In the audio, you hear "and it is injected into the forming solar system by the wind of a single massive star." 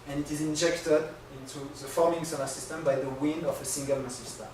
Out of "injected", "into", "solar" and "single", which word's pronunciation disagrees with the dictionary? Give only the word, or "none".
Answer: solar